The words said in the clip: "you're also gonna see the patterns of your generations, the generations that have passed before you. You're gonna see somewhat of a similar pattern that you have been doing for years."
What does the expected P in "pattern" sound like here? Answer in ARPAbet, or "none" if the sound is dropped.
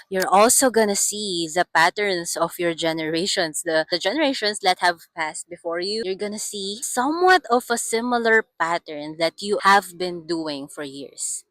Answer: P